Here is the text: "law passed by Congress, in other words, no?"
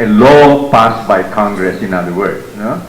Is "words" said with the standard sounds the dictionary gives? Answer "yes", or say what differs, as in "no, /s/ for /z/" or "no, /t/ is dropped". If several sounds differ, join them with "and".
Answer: no, /z/ is dropped